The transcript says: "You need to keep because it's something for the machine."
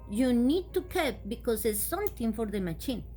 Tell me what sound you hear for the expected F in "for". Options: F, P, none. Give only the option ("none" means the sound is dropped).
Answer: F